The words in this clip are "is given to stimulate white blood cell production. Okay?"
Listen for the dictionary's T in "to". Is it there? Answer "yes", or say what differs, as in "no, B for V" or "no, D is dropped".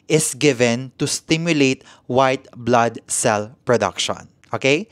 yes